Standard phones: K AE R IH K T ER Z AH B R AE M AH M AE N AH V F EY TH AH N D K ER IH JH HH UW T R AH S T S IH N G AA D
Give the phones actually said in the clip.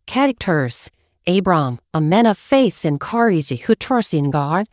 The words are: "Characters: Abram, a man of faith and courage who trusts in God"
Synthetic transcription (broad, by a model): K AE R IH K T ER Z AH B R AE M AH M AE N AH V F EY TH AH N K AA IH Z HH UW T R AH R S IH N G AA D